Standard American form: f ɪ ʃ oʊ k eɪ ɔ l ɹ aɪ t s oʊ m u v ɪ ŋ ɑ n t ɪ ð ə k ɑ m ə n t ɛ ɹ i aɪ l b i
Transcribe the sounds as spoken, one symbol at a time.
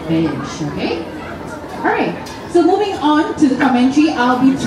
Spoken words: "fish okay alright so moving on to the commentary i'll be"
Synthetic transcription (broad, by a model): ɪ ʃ oʊ k eɪ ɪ ɹ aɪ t s oʊ m u v ɪ ŋ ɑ n t ɪ ð ə k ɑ m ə n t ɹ i aɪ l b i